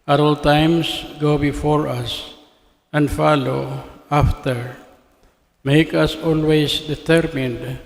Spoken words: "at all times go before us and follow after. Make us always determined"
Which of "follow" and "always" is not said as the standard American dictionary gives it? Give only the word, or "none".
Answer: always